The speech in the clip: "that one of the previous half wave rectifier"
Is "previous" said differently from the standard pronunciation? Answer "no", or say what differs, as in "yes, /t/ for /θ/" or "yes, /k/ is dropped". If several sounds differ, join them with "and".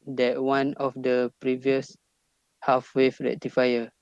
no